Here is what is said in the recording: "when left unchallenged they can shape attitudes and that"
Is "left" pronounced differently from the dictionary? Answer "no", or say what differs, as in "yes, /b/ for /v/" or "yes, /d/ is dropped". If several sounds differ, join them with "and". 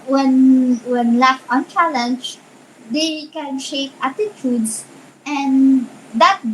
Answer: yes, /w/ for /l/